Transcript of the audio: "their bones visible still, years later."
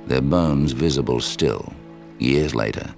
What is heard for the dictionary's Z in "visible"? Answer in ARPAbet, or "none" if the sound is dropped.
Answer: Z